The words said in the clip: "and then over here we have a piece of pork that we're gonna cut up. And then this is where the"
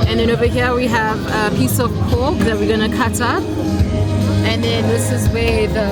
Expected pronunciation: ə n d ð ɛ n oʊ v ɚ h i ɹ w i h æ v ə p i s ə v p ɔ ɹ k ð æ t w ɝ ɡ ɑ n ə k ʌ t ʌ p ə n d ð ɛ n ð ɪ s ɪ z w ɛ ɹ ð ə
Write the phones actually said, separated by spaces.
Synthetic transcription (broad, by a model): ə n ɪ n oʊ b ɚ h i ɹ w i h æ v ə p i s ə v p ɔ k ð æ t w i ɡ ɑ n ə k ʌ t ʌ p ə n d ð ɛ n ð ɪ s ɪ z w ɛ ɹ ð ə